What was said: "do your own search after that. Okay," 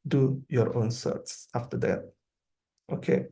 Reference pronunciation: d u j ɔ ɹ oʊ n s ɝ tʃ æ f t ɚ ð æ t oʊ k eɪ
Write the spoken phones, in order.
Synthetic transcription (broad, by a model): d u j ɔ ɹ oʊ n s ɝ s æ f t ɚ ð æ t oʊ k eɪ